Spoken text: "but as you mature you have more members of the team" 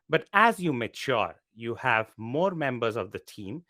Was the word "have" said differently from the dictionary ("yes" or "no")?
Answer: no